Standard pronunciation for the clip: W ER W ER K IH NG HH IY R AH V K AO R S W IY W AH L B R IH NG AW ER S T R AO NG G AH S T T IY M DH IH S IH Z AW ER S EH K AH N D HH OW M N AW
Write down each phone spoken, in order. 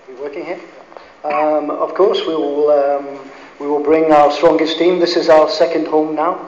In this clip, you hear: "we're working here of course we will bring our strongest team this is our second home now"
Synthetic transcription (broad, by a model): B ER W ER K IH NG HH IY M AH V K AO R S W IY W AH L B R IH NG AW ER S T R AO NG G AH S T T IY M DH IH S IH Z AW ER S EH K AH N D HH OW M N AW